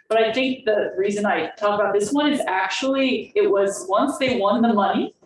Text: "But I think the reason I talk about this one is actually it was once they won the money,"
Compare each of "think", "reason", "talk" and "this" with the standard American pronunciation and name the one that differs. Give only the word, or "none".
none